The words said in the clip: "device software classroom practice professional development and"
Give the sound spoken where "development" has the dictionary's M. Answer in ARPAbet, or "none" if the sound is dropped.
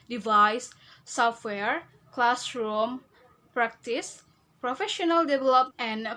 none